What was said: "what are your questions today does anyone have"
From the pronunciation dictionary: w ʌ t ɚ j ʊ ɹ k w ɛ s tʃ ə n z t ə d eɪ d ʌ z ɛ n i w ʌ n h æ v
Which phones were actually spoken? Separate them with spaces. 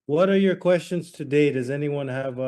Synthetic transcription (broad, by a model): w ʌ t ɚ j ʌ ɹ k w ɛ s tʃ ə n z t ə d eɪ d ʌ z ɛ n i w ʌ n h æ v